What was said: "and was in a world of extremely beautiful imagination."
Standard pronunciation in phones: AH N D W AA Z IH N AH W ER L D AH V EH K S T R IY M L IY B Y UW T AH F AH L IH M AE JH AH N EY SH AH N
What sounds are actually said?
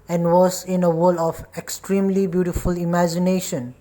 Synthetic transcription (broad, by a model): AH N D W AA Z IH N AH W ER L AH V EH K S T R IY M L IY B Y UW T AH F AH L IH M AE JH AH N EY SH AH N